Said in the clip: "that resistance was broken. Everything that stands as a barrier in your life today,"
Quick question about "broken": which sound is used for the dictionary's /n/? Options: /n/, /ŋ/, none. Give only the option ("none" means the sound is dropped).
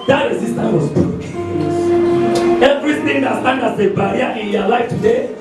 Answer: none